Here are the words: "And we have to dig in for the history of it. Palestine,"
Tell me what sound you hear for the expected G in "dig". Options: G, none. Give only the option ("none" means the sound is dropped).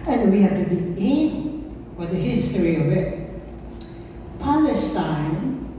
none